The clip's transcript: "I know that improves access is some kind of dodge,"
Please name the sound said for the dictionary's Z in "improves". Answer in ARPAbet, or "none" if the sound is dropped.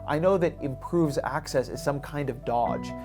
Z